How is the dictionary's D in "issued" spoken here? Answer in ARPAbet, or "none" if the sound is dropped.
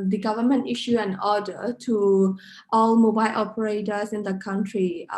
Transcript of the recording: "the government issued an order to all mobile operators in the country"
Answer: none